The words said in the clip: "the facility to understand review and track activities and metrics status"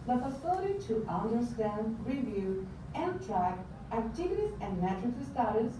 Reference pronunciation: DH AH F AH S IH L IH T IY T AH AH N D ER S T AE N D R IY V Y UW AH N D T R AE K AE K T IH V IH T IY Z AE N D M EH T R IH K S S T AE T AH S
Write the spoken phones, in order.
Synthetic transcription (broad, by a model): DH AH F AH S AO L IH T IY T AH AH N D ER S T AE N D R IY V Y UW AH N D T R AE K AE T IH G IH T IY S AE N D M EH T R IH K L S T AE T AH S